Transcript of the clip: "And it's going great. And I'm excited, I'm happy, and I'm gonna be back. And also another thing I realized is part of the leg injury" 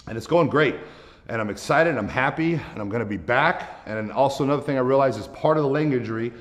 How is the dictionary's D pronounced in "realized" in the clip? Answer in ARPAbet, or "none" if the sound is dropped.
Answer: none